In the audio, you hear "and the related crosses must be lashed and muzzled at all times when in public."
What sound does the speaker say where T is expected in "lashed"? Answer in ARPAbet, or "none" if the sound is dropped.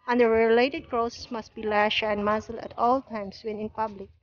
none